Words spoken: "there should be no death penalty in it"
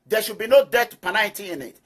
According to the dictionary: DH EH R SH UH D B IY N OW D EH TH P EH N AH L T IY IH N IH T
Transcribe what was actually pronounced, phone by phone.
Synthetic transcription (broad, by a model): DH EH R SH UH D B IY N OW D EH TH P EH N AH N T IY IH N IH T